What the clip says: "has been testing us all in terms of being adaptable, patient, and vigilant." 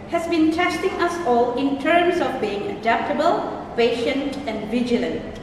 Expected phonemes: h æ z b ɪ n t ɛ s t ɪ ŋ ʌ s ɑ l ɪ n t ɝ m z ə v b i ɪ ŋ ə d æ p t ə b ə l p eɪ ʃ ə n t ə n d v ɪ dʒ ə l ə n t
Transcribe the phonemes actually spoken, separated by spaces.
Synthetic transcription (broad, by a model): h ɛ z b ɪ n t ɛ s t ɪ ŋ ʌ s ɑ l ɪ n t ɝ m s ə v b i ɪ ŋ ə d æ p t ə b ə l p eɪ ʃ ə n t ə n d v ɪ dʒ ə l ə n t